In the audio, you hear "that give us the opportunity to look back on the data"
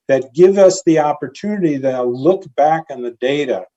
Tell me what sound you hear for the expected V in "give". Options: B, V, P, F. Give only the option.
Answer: V